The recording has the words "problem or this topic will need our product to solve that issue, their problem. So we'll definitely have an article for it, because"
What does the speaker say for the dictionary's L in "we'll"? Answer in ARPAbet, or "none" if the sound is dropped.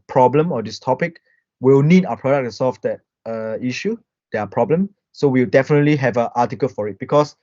W